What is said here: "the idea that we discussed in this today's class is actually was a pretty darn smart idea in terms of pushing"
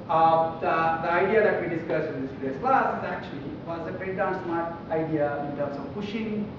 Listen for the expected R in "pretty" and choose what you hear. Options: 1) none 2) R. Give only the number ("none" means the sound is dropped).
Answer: 1